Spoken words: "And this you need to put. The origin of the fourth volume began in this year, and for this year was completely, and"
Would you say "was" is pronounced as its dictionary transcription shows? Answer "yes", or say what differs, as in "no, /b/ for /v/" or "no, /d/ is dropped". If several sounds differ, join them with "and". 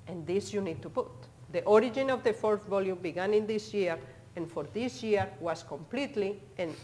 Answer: no, /s/ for /z/